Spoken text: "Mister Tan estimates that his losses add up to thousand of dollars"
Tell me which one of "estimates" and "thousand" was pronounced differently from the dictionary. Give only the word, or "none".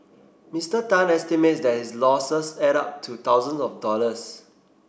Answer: thousand